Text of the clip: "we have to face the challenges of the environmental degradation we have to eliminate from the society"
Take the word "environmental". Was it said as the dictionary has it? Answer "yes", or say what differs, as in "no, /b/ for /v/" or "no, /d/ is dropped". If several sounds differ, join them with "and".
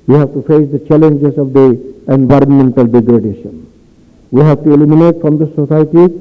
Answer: yes